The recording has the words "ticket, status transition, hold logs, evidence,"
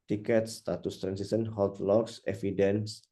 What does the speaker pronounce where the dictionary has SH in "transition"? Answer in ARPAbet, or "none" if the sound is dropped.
S